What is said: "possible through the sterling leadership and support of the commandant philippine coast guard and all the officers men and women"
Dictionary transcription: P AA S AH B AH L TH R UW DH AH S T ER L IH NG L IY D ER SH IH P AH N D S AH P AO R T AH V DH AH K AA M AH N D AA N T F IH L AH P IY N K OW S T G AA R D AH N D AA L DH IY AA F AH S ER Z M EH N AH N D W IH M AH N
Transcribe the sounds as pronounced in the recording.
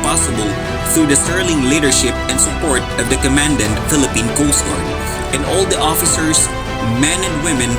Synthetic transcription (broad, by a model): P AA S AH B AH L TH R UW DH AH S T ER L IH NG L IY D ER SH IH P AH N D S AH P AO R T AH V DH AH K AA M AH N D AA N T F IH L AH P IY N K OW S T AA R AH N D AA L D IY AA F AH S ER S M EH N AH N D W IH M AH N